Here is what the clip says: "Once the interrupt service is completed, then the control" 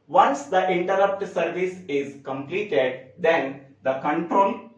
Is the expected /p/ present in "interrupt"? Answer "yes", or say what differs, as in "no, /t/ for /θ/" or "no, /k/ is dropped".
yes